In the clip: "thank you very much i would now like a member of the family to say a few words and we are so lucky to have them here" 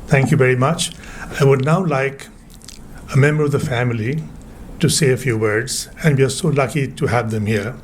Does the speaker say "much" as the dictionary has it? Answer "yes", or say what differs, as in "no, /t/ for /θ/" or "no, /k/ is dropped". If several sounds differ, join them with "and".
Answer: yes